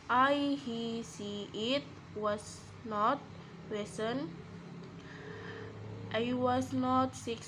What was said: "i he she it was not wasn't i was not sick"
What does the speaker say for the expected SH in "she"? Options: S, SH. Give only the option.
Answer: S